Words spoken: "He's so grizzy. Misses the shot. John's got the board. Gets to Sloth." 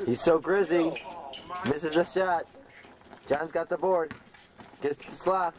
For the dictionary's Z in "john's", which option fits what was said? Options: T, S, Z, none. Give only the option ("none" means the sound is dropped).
Z